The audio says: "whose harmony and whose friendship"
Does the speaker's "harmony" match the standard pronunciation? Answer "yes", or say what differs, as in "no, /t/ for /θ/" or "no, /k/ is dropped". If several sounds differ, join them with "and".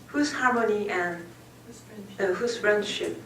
no, /l/ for /n/